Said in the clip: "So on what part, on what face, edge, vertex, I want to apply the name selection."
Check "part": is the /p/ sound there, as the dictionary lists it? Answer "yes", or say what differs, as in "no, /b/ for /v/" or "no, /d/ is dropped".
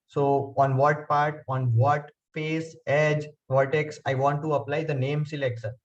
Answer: yes